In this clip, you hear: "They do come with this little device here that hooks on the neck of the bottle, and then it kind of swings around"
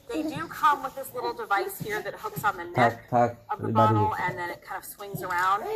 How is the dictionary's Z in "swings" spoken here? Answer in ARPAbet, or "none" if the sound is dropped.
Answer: Z